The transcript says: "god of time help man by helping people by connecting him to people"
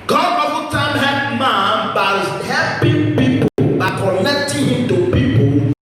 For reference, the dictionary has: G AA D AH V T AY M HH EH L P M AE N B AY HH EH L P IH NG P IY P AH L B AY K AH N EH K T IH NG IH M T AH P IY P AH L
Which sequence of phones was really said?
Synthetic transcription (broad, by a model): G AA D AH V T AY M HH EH P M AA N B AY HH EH P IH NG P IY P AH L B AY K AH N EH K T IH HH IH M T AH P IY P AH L